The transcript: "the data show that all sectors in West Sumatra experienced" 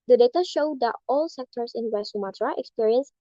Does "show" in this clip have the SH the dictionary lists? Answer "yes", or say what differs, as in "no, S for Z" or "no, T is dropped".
yes